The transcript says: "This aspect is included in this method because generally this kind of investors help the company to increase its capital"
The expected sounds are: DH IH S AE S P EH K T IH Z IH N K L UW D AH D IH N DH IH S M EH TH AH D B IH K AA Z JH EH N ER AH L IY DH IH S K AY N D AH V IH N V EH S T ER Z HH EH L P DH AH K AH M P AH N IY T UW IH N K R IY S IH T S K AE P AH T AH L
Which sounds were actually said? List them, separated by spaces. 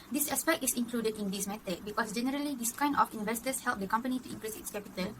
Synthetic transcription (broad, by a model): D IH S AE S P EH K T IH S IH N K L UW D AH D IH N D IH S M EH T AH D B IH K AA S JH EH N ER AH L IY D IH S K AY N D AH F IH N V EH S T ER S HH EH L P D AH K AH M P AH N IY T UW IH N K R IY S IH T S K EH P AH T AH L